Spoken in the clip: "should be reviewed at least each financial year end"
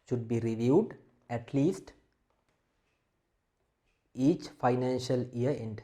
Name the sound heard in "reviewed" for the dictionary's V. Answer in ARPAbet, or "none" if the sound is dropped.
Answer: V